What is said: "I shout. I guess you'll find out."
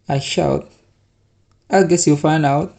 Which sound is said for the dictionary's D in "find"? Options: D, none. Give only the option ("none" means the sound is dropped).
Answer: none